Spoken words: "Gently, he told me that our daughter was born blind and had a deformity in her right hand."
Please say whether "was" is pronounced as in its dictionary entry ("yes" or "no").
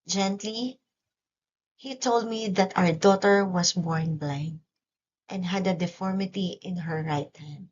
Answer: no